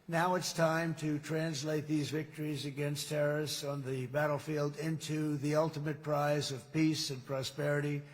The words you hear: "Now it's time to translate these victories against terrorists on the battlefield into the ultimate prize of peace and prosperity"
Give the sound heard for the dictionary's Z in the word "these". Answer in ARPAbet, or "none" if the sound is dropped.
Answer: Z